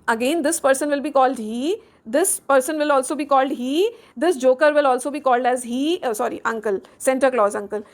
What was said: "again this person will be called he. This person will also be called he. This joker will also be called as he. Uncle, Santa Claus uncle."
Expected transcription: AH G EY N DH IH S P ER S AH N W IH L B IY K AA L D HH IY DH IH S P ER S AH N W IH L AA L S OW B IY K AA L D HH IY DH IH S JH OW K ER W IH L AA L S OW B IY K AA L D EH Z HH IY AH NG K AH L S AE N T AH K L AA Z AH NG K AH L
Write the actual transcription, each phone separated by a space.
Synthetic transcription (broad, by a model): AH G EY N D IH S P ER S AH N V IH L B IY K AA L D HH IY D IH S P ER S AH N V IH L AA L S OW B IY K AA L D HH IY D IH S JH OW K ER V IH L AA L S OW B IY K AA L D EH Z HH IY AH NG K AH L S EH N T AH K L AA Z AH NG K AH L